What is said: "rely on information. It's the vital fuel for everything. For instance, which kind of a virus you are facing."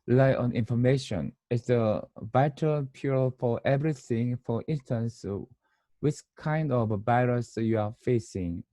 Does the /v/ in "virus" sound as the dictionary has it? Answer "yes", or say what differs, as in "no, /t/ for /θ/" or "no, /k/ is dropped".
no, /b/ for /v/